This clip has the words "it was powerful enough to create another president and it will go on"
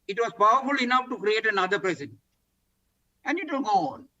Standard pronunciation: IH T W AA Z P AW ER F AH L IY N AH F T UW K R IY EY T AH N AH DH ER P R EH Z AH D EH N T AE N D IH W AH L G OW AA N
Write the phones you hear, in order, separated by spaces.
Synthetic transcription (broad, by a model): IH T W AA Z P AW ER F AH L IY N AH F T UW K R IY EY T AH N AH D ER P R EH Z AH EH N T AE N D IH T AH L G OW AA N